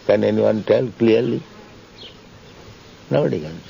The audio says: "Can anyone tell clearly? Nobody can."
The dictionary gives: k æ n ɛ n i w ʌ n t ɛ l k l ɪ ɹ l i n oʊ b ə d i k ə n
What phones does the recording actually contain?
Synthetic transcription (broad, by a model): k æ n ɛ n i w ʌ n t ɛ l k l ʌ ɹ l i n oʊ ə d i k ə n